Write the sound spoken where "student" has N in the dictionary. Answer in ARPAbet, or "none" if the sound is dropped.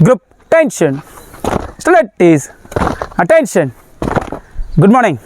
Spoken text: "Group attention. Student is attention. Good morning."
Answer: none